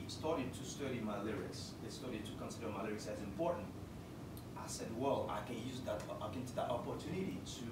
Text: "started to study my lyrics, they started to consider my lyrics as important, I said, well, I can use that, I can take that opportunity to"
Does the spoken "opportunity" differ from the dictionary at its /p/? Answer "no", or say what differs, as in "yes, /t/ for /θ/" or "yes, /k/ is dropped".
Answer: no